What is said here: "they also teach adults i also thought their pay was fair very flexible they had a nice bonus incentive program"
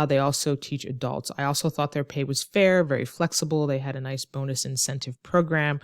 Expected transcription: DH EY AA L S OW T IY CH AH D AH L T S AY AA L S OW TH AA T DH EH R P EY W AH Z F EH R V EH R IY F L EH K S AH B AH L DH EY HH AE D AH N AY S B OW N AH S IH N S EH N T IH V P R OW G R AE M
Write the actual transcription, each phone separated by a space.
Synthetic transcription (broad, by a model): DH EY AA L S OW T IY CH AH D AH L T S AY AA L S OW TH AA T DH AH R P EY W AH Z F EH R V EH R IY F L EH K S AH B L DH EY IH D AH N AY S B OW N AH S IH N S EH N T IH V P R OW G R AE M